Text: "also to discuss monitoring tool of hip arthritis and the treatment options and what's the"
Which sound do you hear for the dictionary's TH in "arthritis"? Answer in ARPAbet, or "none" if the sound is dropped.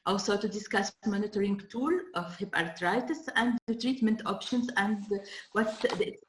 T